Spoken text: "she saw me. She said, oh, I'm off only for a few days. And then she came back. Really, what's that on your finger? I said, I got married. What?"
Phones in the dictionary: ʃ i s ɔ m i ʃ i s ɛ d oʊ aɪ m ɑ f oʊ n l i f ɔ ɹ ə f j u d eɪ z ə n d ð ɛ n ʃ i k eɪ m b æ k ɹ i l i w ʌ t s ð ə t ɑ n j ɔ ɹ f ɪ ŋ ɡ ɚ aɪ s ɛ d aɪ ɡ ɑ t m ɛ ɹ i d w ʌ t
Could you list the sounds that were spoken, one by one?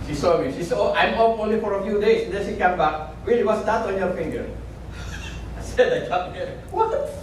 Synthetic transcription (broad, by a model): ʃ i s ɔ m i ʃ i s oʊ aɪ m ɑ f oʊ n l i f ɔ ɹ ə f j u d eɪ s ə n d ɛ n ʃ i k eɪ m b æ k w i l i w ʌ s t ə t ɑ n j ɔ ɹ f ɪ ŋ ɡ ɚ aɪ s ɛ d aɪ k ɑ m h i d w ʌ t